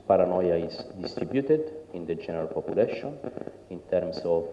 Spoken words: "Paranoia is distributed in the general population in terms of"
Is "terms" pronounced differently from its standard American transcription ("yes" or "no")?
yes